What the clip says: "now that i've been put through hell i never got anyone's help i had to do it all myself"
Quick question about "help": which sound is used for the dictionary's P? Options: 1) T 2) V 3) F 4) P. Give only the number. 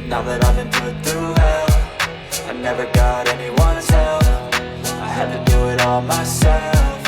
3